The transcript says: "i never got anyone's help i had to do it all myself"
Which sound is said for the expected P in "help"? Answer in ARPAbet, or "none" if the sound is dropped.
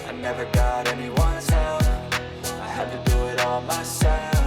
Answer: none